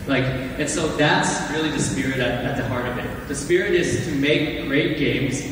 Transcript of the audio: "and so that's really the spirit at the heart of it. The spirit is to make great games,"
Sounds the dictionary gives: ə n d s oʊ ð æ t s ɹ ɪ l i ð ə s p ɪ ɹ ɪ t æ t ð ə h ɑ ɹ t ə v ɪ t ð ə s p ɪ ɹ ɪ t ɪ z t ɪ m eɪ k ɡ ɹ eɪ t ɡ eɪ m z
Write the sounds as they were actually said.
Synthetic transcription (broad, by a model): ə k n s oʊ ð æ t s ɹ ɪ l i ð ə s p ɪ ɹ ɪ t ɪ t ð ə h ɑ ɹ t ə v ɪ t ð ə s p ɪ ɹ ɪ t ɪ z t ɪ m eɪ k ɡ ɹ eɪ t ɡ eɪ m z